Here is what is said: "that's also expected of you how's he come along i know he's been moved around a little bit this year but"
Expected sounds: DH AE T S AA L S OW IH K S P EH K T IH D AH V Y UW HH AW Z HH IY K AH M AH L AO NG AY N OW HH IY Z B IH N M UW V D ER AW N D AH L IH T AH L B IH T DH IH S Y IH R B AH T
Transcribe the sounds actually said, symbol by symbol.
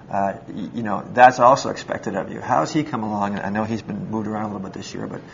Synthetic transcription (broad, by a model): DH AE T S AA L S OW IH K S P EH K T IH D AH V Y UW HH AW Z IY K AH M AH L AO NG AY N OW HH IY Z B IH N M UW V D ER AW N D AH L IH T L B IH T DH IH S Y IH R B AH T